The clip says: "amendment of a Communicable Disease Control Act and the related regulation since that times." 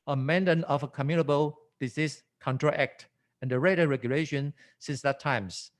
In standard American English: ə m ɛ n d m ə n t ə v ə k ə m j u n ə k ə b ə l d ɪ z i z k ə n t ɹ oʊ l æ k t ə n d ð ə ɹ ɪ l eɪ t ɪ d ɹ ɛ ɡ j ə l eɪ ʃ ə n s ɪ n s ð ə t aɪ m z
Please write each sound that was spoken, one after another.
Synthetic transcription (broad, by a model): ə m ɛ n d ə n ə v ə k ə m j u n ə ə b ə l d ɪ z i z k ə n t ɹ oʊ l æ k t ə n d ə ɹ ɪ ɪ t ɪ ɹ ɛ ɡ j ə l eɪ ʃ ə n s ɪ n s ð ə t aɪ m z